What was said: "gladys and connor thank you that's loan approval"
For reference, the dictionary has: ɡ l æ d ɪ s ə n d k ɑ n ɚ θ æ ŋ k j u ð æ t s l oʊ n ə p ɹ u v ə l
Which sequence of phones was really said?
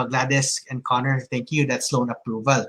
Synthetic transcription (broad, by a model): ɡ l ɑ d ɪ s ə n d k ɑ n ɚ t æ ŋ k j u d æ t s l oʊ n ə p ɹ u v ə l